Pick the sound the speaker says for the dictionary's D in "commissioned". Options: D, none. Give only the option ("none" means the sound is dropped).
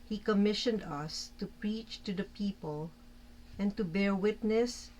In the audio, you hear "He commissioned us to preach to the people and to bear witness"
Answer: D